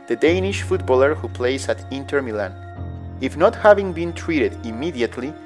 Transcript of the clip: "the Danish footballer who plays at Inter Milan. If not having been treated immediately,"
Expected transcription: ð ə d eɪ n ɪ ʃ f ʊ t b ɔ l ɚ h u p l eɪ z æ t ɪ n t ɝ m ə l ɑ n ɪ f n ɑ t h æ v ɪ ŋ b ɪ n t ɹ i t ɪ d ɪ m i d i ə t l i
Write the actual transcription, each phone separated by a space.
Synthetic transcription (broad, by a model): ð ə d eɪ n ɪ ʃ f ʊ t b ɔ l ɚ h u p l eɪ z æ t ɪ n t ɝ m ə l ɑ n ɪ f n ɑ t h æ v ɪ ŋ b ɪ n t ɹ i t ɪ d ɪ m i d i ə t l i